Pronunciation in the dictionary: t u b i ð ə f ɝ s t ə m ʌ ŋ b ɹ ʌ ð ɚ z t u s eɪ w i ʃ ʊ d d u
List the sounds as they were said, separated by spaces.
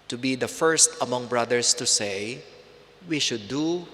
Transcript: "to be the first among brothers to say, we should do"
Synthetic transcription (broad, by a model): t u b i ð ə f ɝ s t ə m ʌ ŋ b ɹ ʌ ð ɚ s t u s eɪ w i ʃ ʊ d d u